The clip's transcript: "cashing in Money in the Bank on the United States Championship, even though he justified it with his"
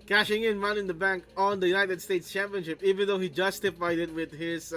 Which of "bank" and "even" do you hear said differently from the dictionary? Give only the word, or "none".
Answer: none